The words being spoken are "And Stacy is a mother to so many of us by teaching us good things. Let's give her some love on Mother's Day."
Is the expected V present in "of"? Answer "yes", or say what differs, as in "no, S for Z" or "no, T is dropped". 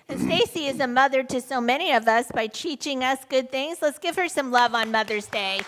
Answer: yes